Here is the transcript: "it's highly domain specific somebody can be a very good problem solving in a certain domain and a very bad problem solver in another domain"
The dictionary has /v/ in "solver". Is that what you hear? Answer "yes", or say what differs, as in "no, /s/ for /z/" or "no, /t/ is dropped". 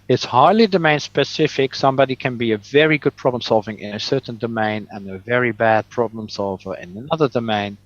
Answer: yes